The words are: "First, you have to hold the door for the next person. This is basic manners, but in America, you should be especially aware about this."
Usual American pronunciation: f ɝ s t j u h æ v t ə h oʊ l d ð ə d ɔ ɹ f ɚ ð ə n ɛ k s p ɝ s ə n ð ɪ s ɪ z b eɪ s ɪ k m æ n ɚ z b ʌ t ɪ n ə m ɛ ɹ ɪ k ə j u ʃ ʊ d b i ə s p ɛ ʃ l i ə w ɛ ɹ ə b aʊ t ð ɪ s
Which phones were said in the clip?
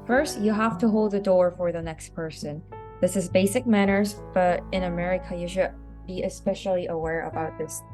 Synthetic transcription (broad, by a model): f ɝ s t j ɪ h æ f t ə h oʊ l d ð ə d ɔ ɹ f ɚ ð ə n ɛ k s p ɝ s ə n ð ɪ s ɪ z b eɪ s ɪ k m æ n ɚ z b ʌ t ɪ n ə m ɛ ɹ ɪ k ə j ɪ ʃ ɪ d b i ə s p ɛ ʃ l i ə w ɛ ɹ ə b aʊ t ð ɪ s